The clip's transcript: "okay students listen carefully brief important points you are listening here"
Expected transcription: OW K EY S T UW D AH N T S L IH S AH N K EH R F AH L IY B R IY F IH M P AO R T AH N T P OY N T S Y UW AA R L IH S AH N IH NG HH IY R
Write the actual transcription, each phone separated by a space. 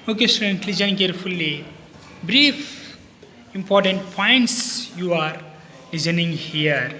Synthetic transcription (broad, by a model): OW K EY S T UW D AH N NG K L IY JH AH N K EH R F AH L IY B R IY F IH M P AO R T AH N T P OY N T S Y UW AA R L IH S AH N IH NG HH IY R